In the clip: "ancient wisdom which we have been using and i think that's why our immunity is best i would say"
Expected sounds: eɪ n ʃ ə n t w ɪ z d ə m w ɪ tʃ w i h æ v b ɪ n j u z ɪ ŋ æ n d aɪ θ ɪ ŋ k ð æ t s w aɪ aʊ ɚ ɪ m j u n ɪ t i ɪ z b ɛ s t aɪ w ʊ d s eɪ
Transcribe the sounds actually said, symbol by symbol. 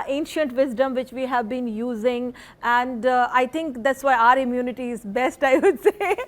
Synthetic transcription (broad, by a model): eɪ n ʃ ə n t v ɪ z d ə m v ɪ tʃ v i h æ v b ɪ n j u z ɪ ŋ æ n d aɪ t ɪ ŋ k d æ t s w aɪ aʊ ɚ ɪ m j u n ɪ t i ɪ z b ɛ s t aɪ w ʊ d s eɪ